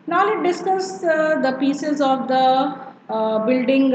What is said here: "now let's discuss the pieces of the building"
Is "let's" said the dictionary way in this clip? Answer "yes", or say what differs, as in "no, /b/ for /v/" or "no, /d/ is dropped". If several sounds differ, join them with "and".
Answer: no, /s/ is dropped